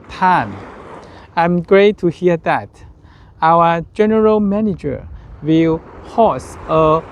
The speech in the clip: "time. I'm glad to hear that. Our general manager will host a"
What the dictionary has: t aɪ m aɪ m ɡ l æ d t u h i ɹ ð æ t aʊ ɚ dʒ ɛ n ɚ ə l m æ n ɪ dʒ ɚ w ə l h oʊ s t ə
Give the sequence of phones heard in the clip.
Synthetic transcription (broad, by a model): t aɪ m aɪ m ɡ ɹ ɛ t u h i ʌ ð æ t aʊ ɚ dʒ ɛ n ɚ ə l m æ n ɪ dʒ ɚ w ə l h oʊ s ə